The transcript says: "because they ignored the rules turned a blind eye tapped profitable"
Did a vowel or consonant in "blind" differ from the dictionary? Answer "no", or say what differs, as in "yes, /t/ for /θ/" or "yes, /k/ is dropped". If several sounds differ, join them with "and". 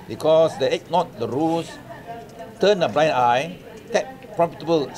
yes, /d/ is dropped